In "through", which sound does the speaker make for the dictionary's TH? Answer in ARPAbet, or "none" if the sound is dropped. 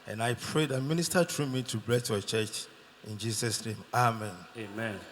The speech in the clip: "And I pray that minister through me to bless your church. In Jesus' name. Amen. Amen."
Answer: T